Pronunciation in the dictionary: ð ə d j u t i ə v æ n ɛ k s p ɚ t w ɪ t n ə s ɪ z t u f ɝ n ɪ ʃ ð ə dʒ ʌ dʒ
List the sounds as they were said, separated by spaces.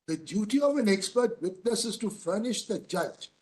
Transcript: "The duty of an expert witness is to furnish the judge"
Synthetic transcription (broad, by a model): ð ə d j u t i ə v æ n ɛ k s p ɚ t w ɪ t n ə s ɪ z t u f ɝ n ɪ ʃ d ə dʒ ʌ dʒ